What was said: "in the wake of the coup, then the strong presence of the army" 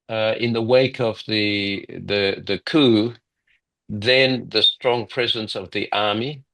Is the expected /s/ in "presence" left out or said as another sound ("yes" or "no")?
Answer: no